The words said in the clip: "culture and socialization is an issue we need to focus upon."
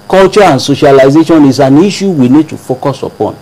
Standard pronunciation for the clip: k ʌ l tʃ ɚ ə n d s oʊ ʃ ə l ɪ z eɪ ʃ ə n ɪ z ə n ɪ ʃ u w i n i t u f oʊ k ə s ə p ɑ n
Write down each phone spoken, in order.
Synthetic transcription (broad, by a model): k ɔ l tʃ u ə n s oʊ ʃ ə l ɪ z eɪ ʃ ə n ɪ s ə n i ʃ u w i n i t u f oʊ k ə s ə p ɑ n